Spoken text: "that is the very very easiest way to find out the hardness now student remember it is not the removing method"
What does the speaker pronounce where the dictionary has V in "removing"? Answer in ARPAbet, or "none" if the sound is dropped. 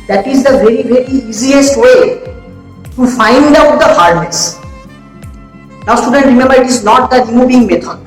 B